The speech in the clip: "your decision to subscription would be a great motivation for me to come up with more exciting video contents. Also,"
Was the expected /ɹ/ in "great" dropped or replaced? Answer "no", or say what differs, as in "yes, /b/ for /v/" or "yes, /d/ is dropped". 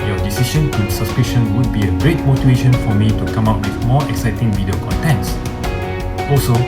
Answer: no